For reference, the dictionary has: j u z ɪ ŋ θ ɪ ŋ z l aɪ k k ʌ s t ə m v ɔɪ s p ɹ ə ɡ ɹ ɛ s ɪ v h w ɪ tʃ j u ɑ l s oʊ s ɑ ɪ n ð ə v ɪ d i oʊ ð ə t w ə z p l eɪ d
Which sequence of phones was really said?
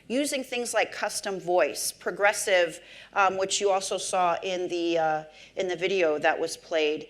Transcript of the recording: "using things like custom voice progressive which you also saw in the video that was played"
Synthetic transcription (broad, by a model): j u z ɪ ŋ θ ɪ ŋ z l aɪ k k ʌ s t ə m v ɔɪ s p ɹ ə ɡ ɹ ɛ s ɪ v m w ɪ tʃ j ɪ ɑ l s oʊ s ɑ ɪ n ð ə v ɪ d i oʊ ð ə t w ə z p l eɪ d